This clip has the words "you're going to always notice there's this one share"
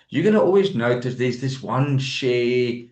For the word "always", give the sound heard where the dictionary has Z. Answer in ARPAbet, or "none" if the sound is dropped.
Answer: Z